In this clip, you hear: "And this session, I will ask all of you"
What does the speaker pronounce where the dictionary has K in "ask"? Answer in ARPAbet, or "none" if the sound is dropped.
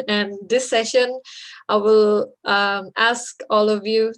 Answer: K